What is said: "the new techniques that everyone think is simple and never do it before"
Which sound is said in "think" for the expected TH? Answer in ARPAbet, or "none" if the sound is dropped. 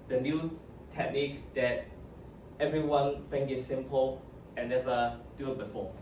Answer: F